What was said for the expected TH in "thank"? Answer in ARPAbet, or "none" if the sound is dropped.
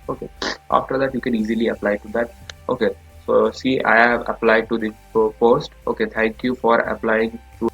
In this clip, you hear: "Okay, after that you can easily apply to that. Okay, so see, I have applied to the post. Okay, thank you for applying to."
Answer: T